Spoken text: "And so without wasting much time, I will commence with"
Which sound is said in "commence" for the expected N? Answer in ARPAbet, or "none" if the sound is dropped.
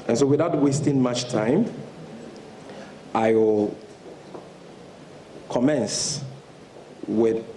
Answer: N